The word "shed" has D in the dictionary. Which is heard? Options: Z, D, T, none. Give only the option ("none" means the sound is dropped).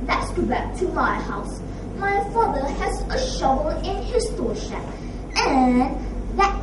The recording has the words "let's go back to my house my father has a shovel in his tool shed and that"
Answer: none